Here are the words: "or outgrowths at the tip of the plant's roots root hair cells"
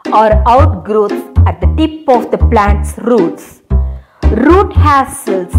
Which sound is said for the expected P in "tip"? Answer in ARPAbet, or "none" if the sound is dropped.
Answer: P